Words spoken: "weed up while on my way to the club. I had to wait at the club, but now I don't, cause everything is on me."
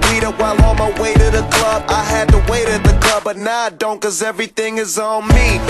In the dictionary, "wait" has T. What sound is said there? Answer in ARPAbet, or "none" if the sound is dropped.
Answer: T